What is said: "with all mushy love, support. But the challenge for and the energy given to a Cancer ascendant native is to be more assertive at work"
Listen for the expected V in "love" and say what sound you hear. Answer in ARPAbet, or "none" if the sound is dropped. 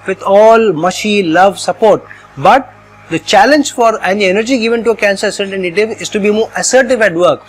V